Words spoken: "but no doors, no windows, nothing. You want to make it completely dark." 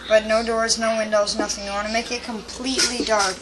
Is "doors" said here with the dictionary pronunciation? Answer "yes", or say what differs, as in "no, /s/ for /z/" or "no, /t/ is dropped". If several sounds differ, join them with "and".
yes